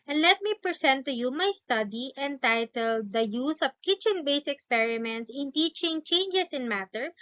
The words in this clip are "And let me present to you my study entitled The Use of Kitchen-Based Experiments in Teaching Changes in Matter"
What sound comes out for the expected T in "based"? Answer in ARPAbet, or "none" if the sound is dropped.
none